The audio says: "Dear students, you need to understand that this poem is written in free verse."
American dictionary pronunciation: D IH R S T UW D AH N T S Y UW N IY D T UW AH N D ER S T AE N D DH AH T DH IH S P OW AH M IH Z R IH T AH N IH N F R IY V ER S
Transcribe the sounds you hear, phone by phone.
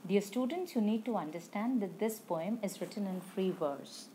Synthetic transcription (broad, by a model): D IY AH S T UW D AH N T S Y UW N IY D T UW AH N D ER S T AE N D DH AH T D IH S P OW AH M IH Z R IH T AH N IH N F R IY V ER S